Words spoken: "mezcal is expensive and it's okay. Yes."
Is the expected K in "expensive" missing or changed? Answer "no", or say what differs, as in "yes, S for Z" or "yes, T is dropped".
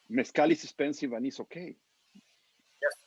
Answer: yes, K is dropped